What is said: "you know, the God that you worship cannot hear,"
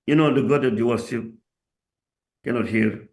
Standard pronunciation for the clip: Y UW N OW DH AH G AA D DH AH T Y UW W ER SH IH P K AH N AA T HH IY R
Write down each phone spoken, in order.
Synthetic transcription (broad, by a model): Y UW N OW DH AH G AA D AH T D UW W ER S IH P K AH N AA T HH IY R